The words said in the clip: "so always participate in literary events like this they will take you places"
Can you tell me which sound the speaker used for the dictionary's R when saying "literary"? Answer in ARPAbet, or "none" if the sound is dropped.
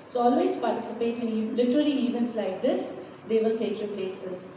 L